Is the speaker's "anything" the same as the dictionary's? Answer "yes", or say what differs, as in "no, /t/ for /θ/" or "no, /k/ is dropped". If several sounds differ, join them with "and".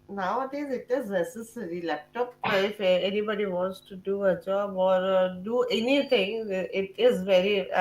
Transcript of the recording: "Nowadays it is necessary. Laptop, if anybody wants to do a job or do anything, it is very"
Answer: no, /t/ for /θ/